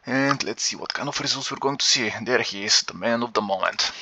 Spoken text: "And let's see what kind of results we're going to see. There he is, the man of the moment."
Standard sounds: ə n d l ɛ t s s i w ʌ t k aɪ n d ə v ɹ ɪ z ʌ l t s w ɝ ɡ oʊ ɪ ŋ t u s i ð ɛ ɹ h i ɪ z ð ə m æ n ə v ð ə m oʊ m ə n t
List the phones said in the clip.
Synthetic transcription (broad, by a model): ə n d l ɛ t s s i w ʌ t k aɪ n ə f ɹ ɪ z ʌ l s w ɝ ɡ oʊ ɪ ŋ t u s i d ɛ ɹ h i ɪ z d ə m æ n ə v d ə m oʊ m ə n t